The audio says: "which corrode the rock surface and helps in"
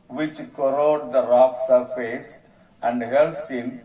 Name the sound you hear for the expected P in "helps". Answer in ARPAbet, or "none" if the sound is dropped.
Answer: none